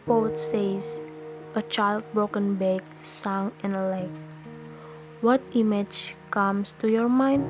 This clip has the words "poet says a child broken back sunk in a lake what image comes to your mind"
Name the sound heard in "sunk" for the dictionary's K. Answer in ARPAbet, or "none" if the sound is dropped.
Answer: none